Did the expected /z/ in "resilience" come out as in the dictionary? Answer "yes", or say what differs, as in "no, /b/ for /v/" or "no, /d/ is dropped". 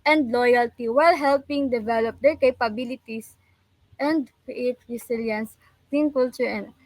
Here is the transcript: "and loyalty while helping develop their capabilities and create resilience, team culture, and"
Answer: no, /s/ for /z/